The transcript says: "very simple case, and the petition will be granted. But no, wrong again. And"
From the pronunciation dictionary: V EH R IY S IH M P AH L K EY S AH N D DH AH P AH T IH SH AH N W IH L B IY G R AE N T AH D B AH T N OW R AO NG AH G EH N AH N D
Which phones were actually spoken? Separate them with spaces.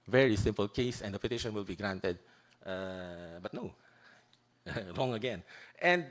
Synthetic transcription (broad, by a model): V EH R IY S IH M P AH L K EY S AH N D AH P AH T IH SH AH N W IH L B IY G R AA N T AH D B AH T N OW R AO NG AH G EH N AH N